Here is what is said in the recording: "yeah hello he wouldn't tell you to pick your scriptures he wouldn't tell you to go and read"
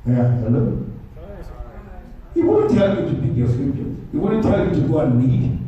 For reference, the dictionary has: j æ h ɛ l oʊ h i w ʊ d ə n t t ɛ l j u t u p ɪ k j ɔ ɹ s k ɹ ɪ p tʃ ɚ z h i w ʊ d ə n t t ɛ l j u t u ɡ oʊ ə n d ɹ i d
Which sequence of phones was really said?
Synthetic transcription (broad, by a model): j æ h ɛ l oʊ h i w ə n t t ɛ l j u t u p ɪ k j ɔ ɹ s ɹ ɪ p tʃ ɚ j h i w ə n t t ɛ l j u t u ɡ oʊ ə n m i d